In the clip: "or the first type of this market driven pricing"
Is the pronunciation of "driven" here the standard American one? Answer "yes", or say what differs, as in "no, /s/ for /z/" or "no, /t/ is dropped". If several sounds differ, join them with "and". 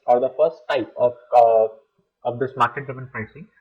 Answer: no, /ɹ/ is dropped